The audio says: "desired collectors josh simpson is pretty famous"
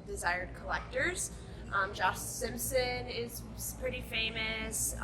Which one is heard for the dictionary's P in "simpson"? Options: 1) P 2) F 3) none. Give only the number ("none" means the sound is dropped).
1